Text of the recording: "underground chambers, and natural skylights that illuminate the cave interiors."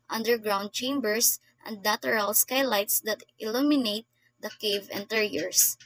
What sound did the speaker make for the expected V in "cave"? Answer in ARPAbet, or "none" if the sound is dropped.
V